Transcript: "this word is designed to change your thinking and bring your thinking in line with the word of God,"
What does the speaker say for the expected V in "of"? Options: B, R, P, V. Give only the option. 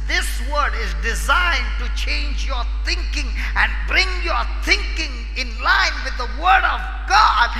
V